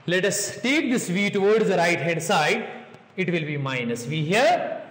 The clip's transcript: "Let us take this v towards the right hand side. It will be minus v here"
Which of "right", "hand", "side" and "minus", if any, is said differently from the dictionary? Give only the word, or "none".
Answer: hand